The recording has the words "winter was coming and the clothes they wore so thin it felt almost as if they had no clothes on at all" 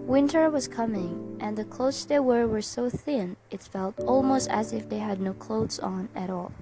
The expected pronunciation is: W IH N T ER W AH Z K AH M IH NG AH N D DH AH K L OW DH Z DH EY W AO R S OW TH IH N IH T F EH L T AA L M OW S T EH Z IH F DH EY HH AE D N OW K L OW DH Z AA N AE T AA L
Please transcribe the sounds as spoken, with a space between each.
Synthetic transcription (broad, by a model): W IH N T ER W AH Z K AH M IH NG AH N DH AH K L OW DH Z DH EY W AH R S OW TH IH N IH T F EH L T AA L M OW S T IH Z IH F DH EY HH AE D N OW K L OW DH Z N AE T AA L